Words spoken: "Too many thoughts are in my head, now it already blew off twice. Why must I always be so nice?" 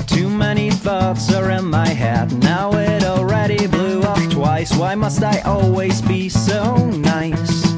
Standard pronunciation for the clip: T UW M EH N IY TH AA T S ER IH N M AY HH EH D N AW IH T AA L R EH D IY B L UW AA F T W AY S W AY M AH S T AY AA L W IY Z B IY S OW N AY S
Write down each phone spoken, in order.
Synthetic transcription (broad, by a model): T UW M EH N IY TH AA T S ER IH N M AY HH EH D N AW IH T AA L R EH D IY B L UW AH P T W AY S W AY M AH S T AY AA L W IY Z B IY S OW N AY S